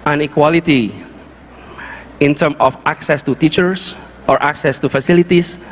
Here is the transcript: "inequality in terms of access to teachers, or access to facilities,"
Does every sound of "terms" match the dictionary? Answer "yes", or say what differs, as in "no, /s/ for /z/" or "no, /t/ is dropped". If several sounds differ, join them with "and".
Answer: no, /z/ is dropped